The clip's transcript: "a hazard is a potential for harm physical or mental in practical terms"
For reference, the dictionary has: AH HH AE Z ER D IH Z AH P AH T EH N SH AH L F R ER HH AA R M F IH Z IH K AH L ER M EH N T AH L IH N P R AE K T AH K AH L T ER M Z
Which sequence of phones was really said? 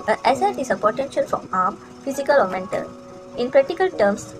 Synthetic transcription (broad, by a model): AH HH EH S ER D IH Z AH P AH T EH N SH AH L F R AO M AA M F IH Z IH K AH L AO M EH N T AH L IH N P R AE K T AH K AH L T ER M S